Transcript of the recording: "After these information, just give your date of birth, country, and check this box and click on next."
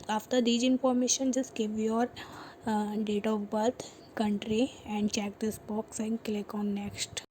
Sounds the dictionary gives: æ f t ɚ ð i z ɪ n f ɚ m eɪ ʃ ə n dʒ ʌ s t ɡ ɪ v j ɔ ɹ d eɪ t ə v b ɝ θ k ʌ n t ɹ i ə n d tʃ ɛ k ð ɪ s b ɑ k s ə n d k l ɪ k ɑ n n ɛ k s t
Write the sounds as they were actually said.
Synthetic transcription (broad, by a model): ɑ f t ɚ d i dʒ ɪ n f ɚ m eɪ ʃ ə n dʒ ʌ s t ɡ ɪ v j ɔ ɹ d eɪ t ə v b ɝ t k ʌ n t ɹ i ə n d tʃ ɛ k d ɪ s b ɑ k s ə n d k l ɪ k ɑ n n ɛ k s t